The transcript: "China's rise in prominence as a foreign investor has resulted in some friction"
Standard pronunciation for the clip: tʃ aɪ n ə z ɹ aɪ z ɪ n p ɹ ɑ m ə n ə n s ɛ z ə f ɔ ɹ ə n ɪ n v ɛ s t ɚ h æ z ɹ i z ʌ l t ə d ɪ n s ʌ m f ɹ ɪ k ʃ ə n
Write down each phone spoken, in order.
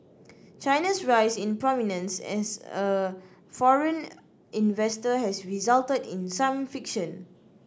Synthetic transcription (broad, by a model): tʃ aɪ n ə s ɹ aɪ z ɪ n p ɹ ɑ m ə n ə n s ɛ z ə f ɔ ɹ ə n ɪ n v ɛ s t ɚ h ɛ s ɹ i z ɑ l t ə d ɪ n s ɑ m f ɪ k ʃ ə n